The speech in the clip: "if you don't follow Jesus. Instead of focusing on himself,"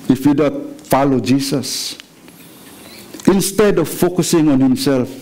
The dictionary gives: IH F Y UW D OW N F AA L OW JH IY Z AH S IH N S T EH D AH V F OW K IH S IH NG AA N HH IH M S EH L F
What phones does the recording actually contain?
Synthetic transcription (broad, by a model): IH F Y UW D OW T F AA L OW JH IY S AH S IH N S T EH D AH V F OW K IH S IH NG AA N HH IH M S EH L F